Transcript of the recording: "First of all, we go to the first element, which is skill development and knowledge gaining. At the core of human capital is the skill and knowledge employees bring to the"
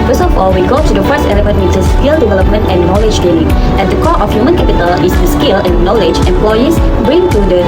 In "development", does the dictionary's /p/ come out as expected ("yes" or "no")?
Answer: yes